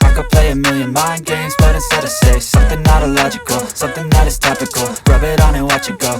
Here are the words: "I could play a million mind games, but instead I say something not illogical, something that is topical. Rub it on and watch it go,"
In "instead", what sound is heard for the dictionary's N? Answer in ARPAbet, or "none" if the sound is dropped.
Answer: none